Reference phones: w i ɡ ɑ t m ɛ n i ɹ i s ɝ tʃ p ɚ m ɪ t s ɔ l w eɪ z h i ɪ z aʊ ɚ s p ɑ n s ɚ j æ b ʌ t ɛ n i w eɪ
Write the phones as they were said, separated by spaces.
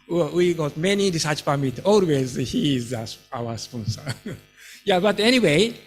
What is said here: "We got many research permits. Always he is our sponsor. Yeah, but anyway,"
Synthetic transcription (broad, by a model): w i ɡ ɑ t m ɛ n i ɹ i s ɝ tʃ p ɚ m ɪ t ɔ l w eɪ z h i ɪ s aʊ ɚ s p ɑ n s ɚ j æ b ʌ t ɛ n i w eɪ